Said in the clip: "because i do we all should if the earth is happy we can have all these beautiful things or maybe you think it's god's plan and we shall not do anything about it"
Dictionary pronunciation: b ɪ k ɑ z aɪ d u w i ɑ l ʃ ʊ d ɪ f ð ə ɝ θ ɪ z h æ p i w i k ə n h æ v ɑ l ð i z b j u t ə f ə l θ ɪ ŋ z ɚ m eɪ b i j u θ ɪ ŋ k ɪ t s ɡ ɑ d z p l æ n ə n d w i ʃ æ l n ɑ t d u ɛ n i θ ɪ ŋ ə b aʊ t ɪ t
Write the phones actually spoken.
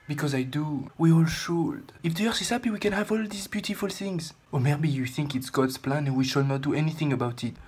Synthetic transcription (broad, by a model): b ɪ k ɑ z aɪ d u w i ɑ l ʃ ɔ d ɪ f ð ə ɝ s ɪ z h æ p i w i k ə n h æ v ɑ l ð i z b j u t ə f ə l θ ɪ ŋ z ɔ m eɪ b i j u θ ɪ ŋ k ɪ t s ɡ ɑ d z p l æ n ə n w i ʃ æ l n ɑ t d u ɛ n i θ ɪ ŋ ə b aʊ t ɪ t